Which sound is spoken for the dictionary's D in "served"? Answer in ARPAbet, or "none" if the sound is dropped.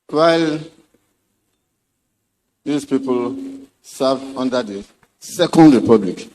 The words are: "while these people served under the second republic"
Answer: none